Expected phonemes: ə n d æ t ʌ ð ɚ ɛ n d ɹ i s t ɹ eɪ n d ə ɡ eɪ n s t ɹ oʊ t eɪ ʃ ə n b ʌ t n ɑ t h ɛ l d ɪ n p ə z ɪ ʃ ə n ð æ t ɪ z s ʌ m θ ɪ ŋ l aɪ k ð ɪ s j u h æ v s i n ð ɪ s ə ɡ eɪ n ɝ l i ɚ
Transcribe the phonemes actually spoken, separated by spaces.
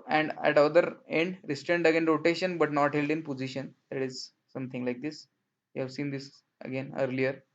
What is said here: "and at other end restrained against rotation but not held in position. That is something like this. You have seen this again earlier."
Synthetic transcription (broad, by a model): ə n d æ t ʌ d ɚ ɛ n d ɹ i s t ɹ eɪ n d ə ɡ eɪ n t ɹ oʊ t eɪ ʃ ə n b ʌ t n ɑ t h ɛ l d ɪ n p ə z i ʃ ə n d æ t ɪ z s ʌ m t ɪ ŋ l aɪ k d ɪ s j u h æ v s i n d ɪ s ə ɡ eɪ n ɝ l i ɚ